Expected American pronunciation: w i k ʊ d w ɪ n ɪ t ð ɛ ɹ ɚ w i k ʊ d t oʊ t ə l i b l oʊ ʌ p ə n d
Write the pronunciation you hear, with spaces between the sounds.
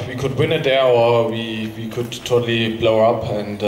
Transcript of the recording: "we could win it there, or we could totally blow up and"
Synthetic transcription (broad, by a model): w i k ʊ d w ɪ n ɪ t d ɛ w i w i k ʊ d t oʊ t ə l i b l oʊ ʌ p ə n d